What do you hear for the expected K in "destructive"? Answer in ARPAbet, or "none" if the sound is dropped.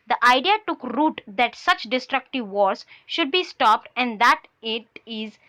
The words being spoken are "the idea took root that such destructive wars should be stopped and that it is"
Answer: K